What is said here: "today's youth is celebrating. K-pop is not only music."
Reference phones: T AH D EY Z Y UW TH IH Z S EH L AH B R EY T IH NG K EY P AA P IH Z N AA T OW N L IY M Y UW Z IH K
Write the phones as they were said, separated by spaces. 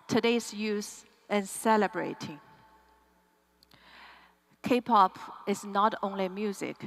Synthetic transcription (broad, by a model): T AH D EY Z Y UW S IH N S EH L AH B R EY T IH NG K EY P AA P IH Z N AA T OW N L IY M Y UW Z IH K